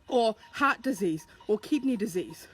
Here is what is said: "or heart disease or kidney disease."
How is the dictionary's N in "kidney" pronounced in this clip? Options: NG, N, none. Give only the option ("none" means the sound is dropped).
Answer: N